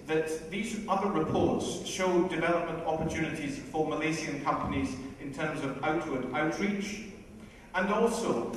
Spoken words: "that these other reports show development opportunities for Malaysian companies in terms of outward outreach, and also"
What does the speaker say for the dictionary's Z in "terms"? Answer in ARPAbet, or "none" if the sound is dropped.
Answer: Z